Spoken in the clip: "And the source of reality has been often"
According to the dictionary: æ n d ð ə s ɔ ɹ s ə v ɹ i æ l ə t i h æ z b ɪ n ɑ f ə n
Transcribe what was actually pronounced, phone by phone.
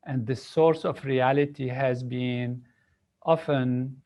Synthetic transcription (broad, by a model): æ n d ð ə s ɔ ɹ s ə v ɹ i æ l ə t i h æ z b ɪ n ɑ f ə n